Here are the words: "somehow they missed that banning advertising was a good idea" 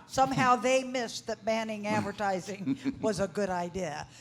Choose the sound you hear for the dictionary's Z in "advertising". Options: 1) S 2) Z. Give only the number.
2